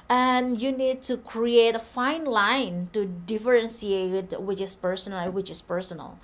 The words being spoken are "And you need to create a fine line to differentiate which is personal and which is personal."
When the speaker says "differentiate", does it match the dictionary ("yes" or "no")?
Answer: no